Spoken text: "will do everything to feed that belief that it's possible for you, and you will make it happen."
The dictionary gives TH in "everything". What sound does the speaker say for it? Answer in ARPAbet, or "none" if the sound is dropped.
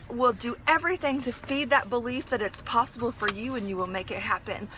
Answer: TH